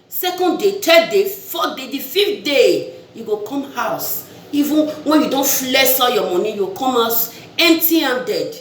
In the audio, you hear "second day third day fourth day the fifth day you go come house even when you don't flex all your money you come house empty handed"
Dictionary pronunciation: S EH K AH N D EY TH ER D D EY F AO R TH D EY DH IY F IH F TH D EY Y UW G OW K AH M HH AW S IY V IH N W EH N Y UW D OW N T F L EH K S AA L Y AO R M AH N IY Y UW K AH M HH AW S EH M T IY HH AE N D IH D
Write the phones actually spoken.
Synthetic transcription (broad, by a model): S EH K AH N D EY T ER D D EY F AO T D EY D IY F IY F T D EY Y UW G OW K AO M HH AW S IY V IH N W EH N Y UW D OW N T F L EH S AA Y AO M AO N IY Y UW K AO M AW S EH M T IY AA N D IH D